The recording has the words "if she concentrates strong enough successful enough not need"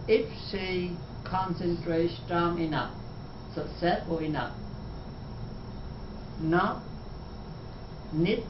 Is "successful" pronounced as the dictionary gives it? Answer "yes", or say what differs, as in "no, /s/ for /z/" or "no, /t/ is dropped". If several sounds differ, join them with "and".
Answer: no, /k/ is dropped